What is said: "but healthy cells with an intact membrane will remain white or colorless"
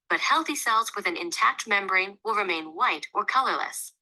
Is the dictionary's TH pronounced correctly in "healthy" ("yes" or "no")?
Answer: yes